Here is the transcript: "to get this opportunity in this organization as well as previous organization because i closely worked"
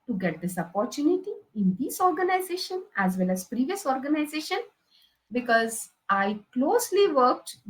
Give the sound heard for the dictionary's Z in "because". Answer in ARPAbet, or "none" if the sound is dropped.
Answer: Z